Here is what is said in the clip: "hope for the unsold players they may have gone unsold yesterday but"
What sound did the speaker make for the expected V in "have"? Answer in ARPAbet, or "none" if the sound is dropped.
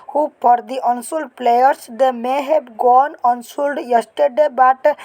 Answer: B